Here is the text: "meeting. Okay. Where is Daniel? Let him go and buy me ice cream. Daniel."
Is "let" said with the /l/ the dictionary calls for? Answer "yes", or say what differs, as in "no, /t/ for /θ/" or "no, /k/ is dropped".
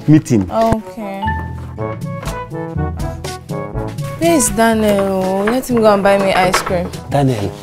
no, /n/ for /l/